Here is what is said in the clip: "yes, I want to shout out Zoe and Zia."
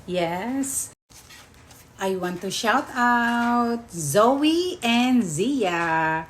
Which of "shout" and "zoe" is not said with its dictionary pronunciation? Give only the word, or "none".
none